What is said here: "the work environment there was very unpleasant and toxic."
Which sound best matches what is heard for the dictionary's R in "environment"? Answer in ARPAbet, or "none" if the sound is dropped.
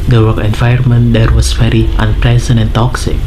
none